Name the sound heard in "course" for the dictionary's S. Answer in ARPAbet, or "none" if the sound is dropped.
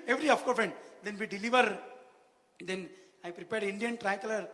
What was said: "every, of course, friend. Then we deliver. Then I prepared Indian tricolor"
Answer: none